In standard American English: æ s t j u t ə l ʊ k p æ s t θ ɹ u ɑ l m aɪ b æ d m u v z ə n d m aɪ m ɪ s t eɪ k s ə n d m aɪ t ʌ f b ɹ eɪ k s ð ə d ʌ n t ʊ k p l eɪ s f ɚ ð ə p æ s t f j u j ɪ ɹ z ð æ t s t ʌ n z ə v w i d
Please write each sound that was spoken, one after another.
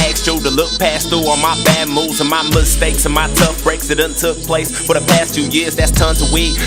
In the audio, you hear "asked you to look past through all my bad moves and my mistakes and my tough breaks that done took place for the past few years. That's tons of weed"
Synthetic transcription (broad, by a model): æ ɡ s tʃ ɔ t ə l ʊ k p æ s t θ u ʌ m aɪ b æ d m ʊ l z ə n m aɪ m ɪ s t eɪ k s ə n m aɪ t ʌ f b ɹ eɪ k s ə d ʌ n t ʊ k p l eɪ s f ɚ ð ə p æ s t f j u j ɪ ɹ z ð æ t s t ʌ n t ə w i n